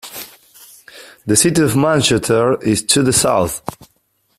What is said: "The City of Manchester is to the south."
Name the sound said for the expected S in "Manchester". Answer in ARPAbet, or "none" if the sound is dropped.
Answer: none